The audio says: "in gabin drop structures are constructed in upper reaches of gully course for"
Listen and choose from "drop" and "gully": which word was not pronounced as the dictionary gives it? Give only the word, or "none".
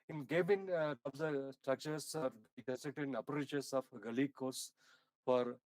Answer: drop